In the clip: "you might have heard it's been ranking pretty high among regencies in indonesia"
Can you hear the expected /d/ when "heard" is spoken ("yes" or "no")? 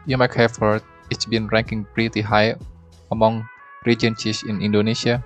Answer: no